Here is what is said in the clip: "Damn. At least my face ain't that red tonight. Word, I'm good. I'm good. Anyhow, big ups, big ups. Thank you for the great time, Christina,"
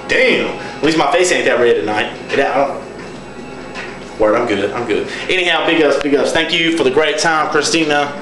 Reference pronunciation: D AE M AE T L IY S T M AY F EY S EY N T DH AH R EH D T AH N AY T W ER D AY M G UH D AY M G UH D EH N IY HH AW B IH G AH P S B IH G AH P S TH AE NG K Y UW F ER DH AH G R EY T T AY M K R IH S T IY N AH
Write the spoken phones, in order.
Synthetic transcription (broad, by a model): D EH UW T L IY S M AY F EY S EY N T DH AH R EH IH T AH N AY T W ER AY M G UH D AY M G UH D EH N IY HH AW B IH G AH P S B IH G AH P S TH AE NG K Y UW F ER DH AH G R EY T T AY M K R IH S T IY N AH